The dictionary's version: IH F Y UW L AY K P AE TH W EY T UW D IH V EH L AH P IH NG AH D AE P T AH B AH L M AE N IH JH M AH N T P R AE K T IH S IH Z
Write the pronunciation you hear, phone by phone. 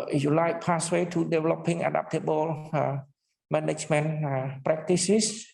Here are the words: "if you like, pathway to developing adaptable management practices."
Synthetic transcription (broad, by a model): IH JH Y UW L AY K P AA S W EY T UW D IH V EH L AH P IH NG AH D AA P T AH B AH L M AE N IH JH M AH N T P R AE K T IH S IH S